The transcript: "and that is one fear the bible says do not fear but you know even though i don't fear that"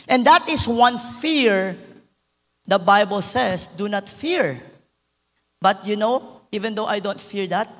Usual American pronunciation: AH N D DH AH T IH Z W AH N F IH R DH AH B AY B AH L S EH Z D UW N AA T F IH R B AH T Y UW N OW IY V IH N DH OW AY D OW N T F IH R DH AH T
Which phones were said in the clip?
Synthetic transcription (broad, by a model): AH N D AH T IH S W AH N F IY R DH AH B AY B AH L S EH S D UW N AA T F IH R B AH T Y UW N OW IY V IH N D OW AY D OW N T F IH R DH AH T